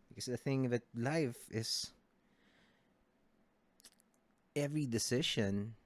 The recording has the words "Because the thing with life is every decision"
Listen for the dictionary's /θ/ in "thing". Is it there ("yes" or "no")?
yes